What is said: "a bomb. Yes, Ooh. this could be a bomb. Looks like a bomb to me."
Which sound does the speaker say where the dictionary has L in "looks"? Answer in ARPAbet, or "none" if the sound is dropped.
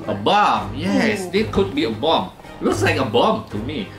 W